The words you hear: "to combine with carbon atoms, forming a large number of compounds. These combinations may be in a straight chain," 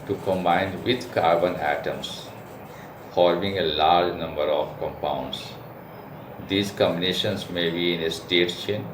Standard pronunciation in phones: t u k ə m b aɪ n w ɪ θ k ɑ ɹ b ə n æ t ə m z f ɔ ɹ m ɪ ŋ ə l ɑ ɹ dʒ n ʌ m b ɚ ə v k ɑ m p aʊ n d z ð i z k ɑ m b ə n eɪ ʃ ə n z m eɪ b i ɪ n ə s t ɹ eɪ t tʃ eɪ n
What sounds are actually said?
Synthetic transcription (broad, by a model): t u k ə m b aɪ n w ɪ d k ɑ ɹ b ə n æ t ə m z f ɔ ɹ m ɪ ŋ ə l ɑ ɹ dʒ n ʌ m b ɚ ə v k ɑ m p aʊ n d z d i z k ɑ m b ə n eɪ ʃ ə n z m eɪ b i ɪ n ə s t eɪ t tʃ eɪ n